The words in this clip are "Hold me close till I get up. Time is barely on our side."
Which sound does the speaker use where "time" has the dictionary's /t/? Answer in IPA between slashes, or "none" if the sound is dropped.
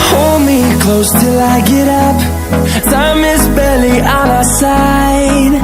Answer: /s/